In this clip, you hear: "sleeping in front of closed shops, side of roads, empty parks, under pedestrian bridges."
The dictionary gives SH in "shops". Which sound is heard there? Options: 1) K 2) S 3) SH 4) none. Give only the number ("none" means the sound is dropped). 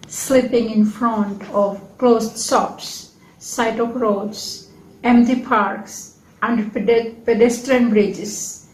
2